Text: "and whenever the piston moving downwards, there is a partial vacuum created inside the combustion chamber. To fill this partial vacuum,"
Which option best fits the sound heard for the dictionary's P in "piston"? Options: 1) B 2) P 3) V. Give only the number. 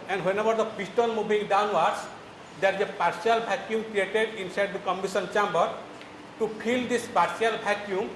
1